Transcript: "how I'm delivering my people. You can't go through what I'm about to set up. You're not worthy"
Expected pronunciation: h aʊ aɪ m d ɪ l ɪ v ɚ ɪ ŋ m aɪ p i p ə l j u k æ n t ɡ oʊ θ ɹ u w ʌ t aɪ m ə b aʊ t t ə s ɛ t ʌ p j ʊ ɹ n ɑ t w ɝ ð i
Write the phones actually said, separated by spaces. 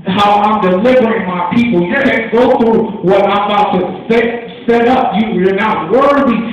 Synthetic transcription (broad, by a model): h aʊ aɪ m d ɪ l ɪ v ɚ ɪ ŋ m aɪ p i p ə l j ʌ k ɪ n ɡ oʊ θ ɹ u w ʌ t aɪ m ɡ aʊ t s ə s ɛ t ʌ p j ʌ ɹ n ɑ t w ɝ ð i